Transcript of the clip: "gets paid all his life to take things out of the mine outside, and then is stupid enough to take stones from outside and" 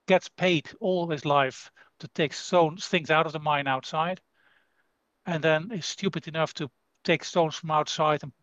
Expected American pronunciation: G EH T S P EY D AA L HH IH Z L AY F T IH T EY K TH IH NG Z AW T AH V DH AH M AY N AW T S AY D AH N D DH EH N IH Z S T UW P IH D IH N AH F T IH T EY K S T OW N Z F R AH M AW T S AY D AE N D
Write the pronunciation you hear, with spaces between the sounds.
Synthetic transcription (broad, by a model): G EH T S P EY D AA L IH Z L AY F T IH T EY K TH IH NG Z AW T AH V DH AH M AY N AW T S AY D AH N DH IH N IH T S T UW P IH D IH N AH F T IH T EY K S T OW N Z F R AH M AW T S AY D N